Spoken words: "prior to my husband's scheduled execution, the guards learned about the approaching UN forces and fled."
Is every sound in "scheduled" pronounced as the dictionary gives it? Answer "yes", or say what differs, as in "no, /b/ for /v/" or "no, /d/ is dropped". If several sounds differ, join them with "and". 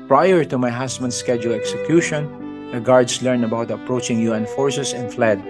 no, /d/ is dropped